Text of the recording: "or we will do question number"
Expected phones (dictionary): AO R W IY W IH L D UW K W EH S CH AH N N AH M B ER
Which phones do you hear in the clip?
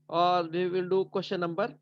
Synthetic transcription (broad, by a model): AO R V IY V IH L D UW K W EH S SH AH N N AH M B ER